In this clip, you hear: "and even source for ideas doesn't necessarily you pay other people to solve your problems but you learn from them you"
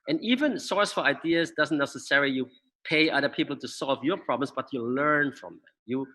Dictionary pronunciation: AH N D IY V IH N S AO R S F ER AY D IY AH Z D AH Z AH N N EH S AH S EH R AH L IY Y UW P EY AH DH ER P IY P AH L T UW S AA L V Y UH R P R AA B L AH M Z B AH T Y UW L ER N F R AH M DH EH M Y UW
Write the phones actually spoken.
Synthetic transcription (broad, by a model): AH N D IY V IH N S AO R S F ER AY D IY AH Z D AH Z AH N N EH S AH S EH R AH L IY Y UW P EY AH DH ER P IY P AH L T UW S AA L V Y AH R P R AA B L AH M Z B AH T Y UW L ER N F R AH M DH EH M Y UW